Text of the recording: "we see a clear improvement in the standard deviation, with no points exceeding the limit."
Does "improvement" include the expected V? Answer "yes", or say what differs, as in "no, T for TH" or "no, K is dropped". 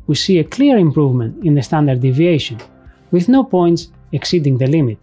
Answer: yes